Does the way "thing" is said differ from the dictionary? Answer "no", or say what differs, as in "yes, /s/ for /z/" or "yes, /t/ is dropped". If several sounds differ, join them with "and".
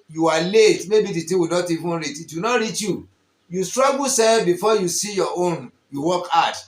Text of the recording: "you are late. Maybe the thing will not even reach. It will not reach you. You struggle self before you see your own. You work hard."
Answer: yes, /t/ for /θ/